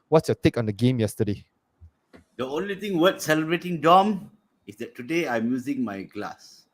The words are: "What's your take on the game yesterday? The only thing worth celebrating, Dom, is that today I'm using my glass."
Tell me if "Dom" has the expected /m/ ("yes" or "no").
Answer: yes